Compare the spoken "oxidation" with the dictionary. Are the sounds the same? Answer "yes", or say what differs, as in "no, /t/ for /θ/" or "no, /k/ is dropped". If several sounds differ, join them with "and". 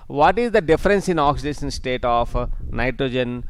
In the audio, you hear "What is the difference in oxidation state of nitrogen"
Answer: no, /s/ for /ʃ/